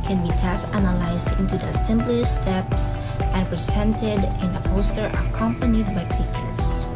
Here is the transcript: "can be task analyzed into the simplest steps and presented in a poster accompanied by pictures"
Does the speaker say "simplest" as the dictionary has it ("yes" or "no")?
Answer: no